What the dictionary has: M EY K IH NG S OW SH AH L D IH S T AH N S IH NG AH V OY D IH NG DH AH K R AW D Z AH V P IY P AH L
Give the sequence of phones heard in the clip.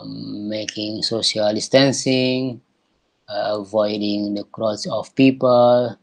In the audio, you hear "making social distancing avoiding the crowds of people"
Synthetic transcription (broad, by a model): M EY K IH NG S OW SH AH L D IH S T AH N S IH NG AH V OY D IH NG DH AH K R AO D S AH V P IY P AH L